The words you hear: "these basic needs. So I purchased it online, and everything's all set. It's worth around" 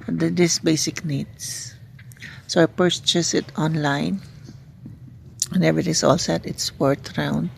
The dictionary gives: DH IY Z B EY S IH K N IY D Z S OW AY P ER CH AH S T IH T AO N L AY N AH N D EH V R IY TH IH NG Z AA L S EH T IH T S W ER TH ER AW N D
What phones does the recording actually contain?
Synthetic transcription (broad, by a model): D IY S B EY S IH K N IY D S S OW AY P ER CH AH S IH T AO N L AY N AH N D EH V R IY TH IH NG S AA L S EH T IH T S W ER T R AW N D